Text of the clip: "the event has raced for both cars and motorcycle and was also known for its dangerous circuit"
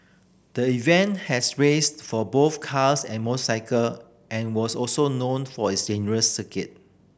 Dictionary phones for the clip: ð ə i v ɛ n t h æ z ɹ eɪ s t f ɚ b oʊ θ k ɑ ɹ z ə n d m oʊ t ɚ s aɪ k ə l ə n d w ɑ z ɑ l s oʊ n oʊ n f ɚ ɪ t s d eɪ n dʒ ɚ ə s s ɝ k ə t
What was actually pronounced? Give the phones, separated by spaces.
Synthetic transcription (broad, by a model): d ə i v ɛ n t h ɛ s ɹ eɪ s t f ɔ b oʊ θ k ɑ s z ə n m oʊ s aɪ k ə l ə n w ɑ s ɑ l s oʊ n oʊ n f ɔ ɪ t s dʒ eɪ n ɚ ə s s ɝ k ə t